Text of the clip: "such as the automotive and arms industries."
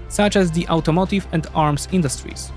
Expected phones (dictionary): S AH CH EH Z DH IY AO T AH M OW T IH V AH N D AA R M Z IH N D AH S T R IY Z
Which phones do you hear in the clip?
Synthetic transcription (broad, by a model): S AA CH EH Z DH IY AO T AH M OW T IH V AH N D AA R M S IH N D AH S T R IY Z